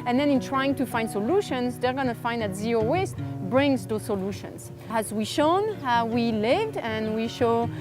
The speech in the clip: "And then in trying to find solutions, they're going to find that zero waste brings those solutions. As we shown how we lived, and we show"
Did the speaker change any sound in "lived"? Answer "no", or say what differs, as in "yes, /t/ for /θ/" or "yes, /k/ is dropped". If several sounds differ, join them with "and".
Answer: no